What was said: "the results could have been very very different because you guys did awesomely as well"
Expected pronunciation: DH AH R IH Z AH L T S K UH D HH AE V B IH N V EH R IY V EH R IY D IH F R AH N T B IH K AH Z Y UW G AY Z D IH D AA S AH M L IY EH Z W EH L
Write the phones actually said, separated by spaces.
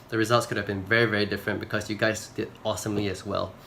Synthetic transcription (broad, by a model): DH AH R IH Z AH L T S K UH D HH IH V B IH N V EH R IY V EH R IY D IH F R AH N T B IH K AH Z Y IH G AY Z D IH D AA S AH M L IY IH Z W EH L